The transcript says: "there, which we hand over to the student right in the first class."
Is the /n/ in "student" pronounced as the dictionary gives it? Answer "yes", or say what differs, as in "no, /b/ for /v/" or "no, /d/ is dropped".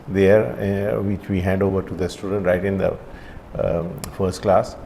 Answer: yes